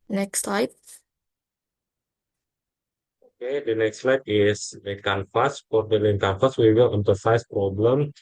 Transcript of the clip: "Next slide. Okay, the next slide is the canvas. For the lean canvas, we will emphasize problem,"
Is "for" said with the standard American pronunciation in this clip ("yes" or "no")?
no